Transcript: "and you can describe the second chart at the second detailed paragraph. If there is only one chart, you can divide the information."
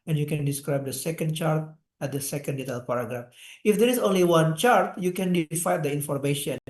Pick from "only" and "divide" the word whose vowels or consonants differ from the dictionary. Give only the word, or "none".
divide